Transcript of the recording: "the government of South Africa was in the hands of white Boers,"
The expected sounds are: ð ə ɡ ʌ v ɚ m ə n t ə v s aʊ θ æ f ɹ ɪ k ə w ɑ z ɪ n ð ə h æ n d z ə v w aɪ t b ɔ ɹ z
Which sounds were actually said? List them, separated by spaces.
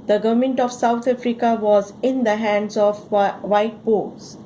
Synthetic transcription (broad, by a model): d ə ɡ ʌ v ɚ m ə n t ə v s aʊ t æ f ɹ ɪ k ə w ɑ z ɪ n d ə h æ n d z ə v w aɪ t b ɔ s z